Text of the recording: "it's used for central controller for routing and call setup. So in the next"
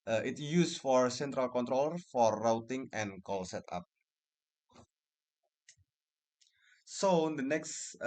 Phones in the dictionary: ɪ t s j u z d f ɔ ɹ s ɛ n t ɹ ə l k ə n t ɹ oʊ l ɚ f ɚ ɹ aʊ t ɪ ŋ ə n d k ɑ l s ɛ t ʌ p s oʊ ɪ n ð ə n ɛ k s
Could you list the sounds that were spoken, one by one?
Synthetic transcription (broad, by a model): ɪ t j u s f ɔ ɹ s ɛ n t ɹ ə l k ə n t ɹ oʊ l ɚ f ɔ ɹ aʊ t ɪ ŋ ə n k ɑ l s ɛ t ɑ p s oʊ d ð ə n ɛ k s